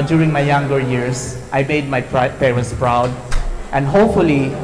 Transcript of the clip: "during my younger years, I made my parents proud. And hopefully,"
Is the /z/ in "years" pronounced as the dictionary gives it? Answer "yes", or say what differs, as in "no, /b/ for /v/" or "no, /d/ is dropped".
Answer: no, /s/ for /z/